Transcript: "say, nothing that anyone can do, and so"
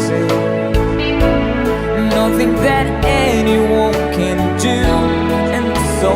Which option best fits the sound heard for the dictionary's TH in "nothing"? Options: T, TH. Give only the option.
TH